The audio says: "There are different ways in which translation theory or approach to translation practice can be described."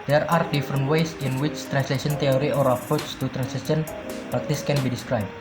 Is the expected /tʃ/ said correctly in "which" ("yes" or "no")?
yes